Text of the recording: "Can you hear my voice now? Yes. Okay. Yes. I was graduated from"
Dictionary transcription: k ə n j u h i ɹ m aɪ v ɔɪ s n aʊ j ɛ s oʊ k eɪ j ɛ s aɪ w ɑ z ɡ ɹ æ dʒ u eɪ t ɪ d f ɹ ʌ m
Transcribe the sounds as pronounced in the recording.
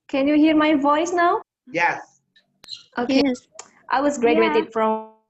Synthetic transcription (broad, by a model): k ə n j u h i ɹ m aɪ v ɔɪ s n aʊ j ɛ s oʊ k eɪ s aɪ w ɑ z ɡ ɹ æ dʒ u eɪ t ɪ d f ɹ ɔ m